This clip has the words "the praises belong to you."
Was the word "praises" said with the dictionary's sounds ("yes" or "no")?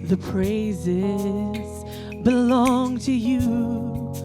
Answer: yes